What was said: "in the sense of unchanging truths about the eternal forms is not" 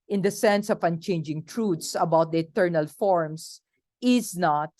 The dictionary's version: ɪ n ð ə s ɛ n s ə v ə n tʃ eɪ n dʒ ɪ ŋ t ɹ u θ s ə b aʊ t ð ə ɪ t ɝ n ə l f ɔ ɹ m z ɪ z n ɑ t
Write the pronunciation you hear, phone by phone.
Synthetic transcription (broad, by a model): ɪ n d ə s ɛ n s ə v ə n tʃ eɪ n dʒ ɪ ŋ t ɹ u t s ə b aʊ t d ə ɪ t ɝ n ə l f ɔ ɹ m s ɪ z n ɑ t